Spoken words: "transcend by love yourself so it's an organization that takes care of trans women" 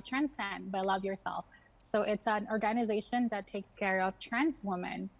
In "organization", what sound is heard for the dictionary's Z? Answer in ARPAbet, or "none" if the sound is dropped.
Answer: Z